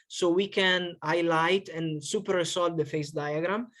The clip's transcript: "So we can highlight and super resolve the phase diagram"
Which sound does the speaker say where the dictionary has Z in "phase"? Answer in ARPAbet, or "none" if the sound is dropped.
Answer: S